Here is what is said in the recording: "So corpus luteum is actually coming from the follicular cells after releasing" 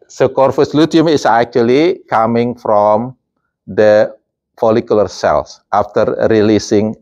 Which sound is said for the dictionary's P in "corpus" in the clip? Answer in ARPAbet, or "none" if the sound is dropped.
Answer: F